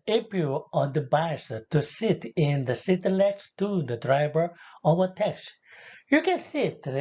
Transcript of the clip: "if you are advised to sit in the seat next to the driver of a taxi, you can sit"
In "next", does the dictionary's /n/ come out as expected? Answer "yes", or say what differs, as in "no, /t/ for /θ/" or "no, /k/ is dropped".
no, /l/ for /n/